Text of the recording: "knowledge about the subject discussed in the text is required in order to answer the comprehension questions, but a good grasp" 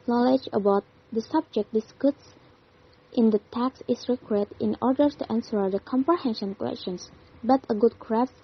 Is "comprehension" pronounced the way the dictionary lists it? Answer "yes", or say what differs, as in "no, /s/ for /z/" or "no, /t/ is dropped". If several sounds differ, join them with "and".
yes